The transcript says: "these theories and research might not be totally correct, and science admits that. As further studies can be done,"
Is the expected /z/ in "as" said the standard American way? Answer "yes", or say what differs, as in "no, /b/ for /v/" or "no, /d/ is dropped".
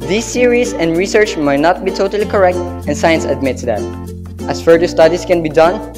no, /s/ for /z/